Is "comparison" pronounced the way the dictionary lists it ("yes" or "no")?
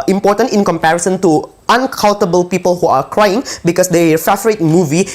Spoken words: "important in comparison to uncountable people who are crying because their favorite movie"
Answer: yes